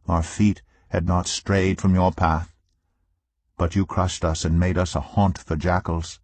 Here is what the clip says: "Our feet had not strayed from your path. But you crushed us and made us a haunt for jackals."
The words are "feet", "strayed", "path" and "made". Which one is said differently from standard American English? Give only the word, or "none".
none